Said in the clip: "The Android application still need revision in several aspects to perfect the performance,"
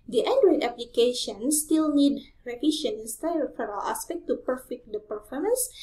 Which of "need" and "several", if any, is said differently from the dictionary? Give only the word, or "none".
several